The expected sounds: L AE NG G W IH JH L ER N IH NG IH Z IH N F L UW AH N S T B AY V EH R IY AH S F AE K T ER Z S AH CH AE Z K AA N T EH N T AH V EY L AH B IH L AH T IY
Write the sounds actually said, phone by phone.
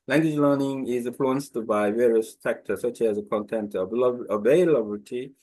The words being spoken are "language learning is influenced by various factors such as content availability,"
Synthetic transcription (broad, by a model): L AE NG G W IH JH L ER N IH NG IH Z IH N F L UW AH N S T B AY V EH R IY AH S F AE K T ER S AH CH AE Z K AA N T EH N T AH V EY L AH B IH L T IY